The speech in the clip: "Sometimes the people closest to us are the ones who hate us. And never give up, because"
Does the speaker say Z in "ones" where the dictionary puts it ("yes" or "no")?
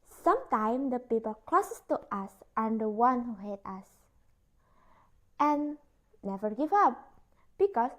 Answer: no